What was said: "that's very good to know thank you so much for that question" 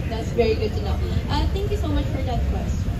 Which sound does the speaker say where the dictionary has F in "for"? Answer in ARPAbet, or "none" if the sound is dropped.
F